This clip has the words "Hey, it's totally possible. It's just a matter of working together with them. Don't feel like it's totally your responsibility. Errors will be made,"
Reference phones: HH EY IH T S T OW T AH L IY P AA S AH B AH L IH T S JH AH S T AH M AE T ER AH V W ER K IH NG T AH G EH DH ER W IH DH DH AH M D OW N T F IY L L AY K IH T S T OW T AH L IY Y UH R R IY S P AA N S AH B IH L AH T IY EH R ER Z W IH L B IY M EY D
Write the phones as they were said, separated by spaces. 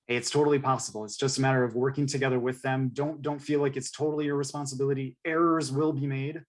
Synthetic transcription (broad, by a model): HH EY IH T S T OW T L IY P AA S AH B L IH T S JH AH S T AH M AE T ER AH V W ER K IH NG T AH G EH DH ER W IH DH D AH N D OW N T F IY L L AY K IH T S T OW T L IY Y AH R R IY S P AA N S AH B IH L AH T IY EH R ER Z W IH L B IY M EY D